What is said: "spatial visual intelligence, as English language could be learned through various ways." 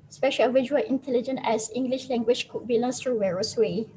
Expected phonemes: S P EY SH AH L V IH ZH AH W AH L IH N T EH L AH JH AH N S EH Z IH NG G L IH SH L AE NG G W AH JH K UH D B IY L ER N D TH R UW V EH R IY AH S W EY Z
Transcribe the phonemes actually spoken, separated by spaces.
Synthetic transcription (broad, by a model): S P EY SH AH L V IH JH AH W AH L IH N T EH L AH JH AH N EH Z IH NG G L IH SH L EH NG G W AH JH K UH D B IY L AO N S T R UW W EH R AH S W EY